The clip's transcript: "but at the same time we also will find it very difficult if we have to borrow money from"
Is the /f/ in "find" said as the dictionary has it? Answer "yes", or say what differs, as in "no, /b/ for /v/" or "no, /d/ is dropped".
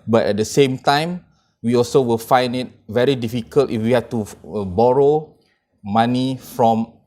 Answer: yes